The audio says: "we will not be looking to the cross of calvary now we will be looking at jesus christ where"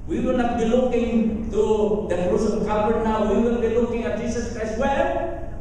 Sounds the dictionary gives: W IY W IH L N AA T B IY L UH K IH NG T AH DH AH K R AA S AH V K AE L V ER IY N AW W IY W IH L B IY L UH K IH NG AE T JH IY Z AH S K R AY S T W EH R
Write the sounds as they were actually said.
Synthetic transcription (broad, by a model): W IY W IH L N AA T B IY L UH K IH NG T AH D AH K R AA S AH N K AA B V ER N AW W IY W IH L B IY L UH K IH NG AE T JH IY S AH S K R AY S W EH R